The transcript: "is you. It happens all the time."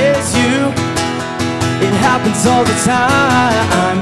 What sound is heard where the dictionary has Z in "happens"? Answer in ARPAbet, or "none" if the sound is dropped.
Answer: Z